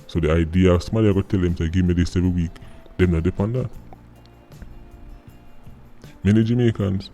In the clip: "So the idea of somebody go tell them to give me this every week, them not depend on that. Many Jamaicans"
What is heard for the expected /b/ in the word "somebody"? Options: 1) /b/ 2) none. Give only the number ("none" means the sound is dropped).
2